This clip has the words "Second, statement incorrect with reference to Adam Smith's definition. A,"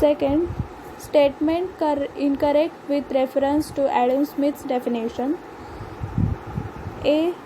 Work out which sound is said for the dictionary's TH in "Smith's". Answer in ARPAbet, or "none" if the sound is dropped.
T